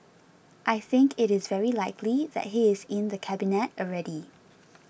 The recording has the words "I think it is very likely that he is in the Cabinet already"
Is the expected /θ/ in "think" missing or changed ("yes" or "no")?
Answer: no